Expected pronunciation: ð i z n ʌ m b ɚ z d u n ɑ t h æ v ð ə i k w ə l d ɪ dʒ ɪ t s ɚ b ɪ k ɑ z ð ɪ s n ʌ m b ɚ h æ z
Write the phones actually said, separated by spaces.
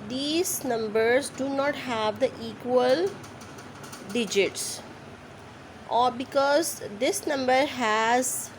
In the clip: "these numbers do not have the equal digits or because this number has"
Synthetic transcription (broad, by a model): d i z n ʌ m b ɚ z d u n ɑ t h æ v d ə i k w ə l d ɪ dʒ ɪ t s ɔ b ɪ k ɑ z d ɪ s n ʌ m b ɚ h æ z